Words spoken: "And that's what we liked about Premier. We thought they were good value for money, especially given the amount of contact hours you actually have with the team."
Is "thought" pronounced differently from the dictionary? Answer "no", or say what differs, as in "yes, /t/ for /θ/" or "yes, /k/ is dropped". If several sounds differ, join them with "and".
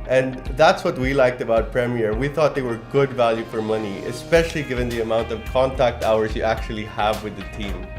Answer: no